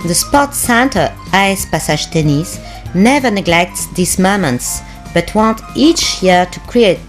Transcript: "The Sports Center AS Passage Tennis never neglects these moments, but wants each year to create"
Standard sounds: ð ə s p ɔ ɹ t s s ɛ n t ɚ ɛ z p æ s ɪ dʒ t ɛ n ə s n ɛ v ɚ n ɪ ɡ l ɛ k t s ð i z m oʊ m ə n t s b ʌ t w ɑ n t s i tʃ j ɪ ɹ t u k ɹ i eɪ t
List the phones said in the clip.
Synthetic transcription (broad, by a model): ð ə s p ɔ t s s ɛ n t ɚ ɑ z p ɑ s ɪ ʒ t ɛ n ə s n ɛ v ɚ n ɪ ɡ l ɛ k t s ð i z m oʊ m ə n t s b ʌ t w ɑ n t i tʃ j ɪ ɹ t u k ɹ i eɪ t